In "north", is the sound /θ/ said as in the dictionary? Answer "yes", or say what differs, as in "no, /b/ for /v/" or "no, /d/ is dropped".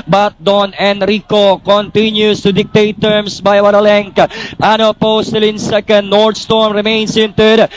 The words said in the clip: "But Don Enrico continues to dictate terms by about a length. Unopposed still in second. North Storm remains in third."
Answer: no, /t/ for /θ/